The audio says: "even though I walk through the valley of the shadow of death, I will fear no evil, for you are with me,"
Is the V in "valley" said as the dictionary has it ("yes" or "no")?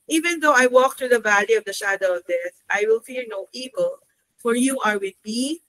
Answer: yes